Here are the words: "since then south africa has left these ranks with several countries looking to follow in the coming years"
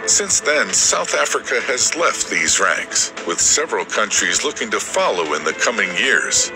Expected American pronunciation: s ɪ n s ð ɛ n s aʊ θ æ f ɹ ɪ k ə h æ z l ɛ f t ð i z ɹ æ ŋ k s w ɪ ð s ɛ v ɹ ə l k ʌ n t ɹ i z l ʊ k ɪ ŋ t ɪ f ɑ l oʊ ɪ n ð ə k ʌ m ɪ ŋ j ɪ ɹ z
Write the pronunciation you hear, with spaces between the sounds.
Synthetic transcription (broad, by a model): s ɪ n s ð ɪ n s aʊ θ æ f ɹ ɪ k ə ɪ z l ɛ f t ð i z ɹ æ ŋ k s w ɪ ð s ɛ v ɹ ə l k ʌ n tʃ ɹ i z l ʊ k ɪ ŋ t ɪ f ɑ l oʊ ɪ n ð ə k ʌ m ɪ ŋ j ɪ ɹ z